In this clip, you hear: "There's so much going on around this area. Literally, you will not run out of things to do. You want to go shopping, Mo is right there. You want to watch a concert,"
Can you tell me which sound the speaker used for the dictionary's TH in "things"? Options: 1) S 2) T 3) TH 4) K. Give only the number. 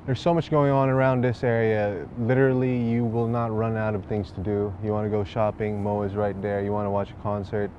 3